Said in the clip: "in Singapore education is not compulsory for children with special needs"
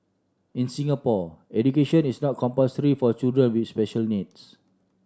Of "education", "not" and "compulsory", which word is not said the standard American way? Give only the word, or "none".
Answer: compulsory